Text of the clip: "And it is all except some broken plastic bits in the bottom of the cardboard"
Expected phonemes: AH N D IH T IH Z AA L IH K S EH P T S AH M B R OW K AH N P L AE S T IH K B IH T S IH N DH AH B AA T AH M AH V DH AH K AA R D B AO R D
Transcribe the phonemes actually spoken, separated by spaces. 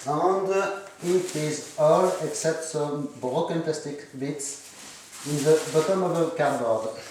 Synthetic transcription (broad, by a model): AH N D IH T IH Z AA L IH K S EH P T S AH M B R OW K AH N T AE S T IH K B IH T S IH N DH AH B AA T AH M AH V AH K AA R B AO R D